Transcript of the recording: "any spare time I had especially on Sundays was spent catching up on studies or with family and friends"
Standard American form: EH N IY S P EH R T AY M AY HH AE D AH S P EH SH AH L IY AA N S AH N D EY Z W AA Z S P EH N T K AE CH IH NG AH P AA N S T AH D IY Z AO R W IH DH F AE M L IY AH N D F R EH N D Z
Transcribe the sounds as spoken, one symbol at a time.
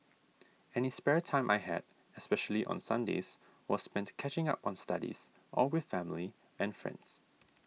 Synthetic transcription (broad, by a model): EH N IY S P EH R T AY M AY HH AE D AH S P EH SH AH L IY AA N S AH N D EY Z W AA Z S P EH N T K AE CH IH NG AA P AA N S T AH D IY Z AO L W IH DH F AE M L IY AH N F R EH N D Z